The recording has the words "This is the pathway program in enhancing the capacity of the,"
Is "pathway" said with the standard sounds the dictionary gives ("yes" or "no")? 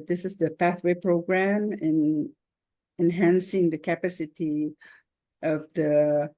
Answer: yes